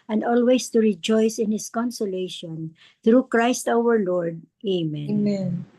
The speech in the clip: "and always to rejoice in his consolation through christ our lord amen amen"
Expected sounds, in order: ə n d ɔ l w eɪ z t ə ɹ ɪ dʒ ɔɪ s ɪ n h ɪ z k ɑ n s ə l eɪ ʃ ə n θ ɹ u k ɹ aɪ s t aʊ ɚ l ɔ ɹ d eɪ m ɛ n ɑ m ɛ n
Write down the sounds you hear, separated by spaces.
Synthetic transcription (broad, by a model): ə n d ɔ l w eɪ s t ə ɹ ɪ dʒ ɔɪ s ɪ n h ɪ s k ɑ n s ə l eɪ ʃ ə n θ ɹ u k ɹ aɪ s t aʊ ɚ l ɔ ɹ d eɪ m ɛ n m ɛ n